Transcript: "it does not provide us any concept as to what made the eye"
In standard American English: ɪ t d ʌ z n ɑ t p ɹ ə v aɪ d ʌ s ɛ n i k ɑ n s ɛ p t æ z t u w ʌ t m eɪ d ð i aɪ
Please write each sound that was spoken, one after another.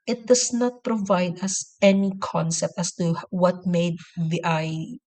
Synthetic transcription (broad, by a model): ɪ t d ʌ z n ɑ t p ɹ ə v aɪ d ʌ s ɛ n i k ɑ n s ɛ p t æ s t u w ʌ t m eɪ d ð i aɪ